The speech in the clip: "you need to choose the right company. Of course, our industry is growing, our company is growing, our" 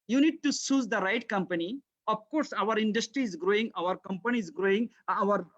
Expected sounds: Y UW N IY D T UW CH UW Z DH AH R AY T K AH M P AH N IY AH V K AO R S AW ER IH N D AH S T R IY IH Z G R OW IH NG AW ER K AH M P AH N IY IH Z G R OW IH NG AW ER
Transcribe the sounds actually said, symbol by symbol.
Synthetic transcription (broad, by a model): Y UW N IY D T UW S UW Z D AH R AY T K AH M P AH N IY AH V K AO R S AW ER IH N D AH S T R IY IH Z G R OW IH NG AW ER K AH M P AH N IY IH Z G R OW IH NG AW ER